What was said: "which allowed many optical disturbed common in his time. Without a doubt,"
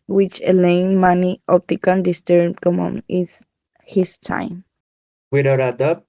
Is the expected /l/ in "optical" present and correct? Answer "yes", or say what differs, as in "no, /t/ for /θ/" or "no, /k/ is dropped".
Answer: no, /n/ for /l/